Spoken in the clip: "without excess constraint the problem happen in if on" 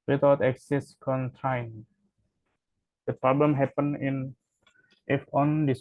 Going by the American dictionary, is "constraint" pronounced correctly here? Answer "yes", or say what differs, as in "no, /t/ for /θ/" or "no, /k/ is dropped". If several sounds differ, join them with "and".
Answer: no, /s/ is dropped and /ɹ/ is dropped